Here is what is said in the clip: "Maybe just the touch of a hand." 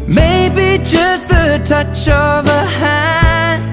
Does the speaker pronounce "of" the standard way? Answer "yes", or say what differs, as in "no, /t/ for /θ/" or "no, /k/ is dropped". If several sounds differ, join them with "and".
yes